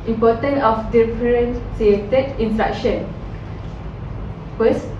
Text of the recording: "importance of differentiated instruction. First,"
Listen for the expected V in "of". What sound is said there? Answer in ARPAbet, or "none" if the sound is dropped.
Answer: F